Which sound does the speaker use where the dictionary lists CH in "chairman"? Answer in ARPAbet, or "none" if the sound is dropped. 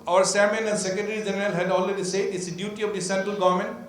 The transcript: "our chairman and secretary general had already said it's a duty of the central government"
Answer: S